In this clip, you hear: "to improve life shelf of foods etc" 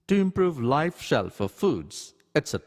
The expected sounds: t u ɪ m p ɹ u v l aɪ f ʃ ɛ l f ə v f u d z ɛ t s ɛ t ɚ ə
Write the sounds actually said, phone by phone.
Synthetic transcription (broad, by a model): t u ɪ m p ɹ u v l aɪ f ʃ ɛ l f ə f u d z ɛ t s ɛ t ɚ